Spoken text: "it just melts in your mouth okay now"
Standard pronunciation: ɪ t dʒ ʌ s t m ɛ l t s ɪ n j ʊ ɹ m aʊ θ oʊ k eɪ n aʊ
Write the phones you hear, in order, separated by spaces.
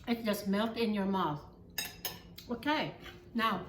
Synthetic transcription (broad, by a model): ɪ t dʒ ʌ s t m ɛ l t ɪ n j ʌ ɹ m aʊ θ oʊ k eɪ n aʊ